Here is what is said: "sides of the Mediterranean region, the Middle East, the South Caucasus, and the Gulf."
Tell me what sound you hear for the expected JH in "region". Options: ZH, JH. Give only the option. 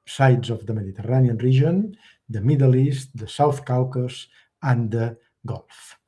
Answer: ZH